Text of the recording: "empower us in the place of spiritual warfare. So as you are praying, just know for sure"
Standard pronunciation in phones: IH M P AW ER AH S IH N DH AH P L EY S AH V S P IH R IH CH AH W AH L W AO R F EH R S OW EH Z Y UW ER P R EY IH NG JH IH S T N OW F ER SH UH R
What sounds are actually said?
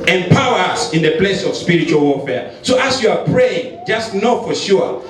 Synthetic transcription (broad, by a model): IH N P AW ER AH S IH N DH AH P L EY S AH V S P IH R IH CH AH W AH L W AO F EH S OW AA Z Y UW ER P R EY IH NG JH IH S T N OW F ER SH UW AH